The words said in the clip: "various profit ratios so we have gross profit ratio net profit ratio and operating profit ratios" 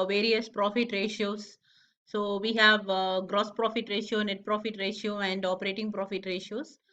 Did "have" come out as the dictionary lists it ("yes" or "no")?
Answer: yes